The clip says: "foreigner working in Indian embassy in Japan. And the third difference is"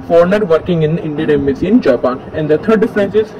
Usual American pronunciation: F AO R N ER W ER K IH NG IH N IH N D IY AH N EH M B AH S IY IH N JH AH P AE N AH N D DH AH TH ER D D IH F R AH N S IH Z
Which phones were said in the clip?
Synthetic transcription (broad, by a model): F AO R N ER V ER K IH NG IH N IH N D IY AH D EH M AH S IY IH N JH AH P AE N AH N D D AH T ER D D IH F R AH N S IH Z